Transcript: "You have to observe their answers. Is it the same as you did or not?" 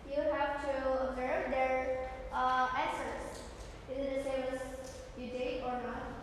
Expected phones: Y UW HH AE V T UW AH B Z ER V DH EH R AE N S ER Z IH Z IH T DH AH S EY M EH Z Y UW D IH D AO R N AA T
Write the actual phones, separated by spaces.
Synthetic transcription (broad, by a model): Y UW HH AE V T UW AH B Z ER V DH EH R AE S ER S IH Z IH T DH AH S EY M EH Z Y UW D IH AO R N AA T